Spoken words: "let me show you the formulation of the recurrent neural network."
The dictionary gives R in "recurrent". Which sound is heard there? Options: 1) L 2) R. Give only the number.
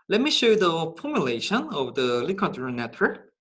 1